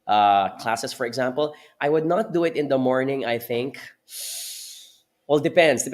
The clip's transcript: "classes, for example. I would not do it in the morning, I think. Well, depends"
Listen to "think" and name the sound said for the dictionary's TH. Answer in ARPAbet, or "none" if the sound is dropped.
TH